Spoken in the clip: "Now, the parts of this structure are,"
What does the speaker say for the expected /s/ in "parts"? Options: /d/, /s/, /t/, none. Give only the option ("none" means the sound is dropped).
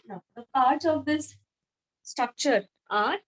none